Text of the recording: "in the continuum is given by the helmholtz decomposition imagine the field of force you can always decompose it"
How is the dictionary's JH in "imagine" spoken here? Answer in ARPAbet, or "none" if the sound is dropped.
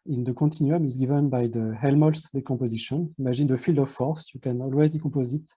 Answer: ZH